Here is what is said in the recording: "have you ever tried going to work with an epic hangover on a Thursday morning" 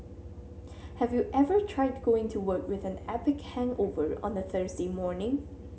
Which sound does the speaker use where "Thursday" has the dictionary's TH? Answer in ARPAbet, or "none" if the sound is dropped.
TH